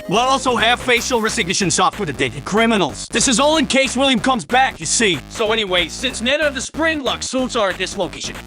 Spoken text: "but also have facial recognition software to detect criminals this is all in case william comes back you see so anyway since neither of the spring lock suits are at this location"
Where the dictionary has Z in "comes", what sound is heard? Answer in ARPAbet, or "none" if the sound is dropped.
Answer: Z